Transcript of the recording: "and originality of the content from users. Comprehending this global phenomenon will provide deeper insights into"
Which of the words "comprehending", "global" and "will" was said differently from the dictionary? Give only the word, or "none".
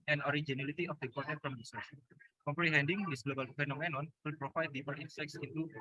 none